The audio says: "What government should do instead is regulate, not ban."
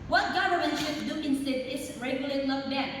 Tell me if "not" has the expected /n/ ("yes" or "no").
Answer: no